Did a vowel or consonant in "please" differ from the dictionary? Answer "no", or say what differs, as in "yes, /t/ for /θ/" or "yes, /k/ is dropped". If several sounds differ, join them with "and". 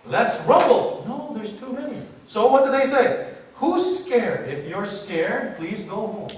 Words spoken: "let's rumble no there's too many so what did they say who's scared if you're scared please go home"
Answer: no